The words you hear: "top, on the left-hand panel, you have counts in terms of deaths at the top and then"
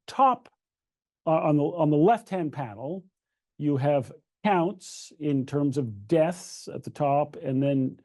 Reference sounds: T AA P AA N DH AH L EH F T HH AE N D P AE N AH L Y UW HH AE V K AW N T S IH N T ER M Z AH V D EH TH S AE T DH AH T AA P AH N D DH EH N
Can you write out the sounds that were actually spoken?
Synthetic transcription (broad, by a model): T AA P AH N DH AH L EH F T HH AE N P AE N L Y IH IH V K AW N T S IH N T ER M Z AH V D EH TH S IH T DH AH T AA P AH N DH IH N